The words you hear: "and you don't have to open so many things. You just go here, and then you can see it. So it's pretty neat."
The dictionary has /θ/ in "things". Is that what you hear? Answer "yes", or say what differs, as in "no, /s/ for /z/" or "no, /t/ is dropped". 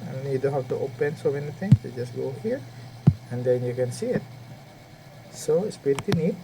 no, /t/ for /θ/